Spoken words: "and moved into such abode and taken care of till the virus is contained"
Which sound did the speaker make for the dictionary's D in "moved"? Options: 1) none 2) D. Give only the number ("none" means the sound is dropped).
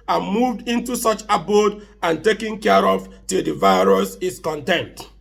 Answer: 2